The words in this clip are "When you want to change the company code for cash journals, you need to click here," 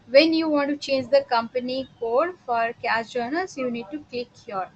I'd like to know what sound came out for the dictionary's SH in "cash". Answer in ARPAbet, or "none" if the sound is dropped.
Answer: S